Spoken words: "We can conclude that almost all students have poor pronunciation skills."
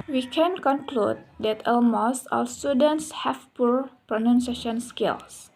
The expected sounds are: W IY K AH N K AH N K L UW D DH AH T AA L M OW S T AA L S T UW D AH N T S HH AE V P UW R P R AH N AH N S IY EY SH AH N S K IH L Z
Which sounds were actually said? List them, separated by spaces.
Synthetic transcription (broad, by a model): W IY K AH N K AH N K L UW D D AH T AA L M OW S AA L S T UW D AH N T S HH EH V P UW R P R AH N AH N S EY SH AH N S K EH L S